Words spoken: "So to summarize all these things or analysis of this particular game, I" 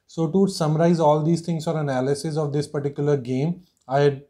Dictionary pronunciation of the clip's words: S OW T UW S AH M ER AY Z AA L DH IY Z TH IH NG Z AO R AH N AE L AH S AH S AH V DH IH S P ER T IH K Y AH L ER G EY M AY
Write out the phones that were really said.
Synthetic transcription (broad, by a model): S OW T UW S AH M ER AY Z AA L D IY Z T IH NG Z AO R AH N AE L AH S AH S AH V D IH S P ER T IH K Y AH L ER G EY M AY